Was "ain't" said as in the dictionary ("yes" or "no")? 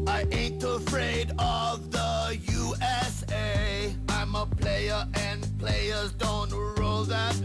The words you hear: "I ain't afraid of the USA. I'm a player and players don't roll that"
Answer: yes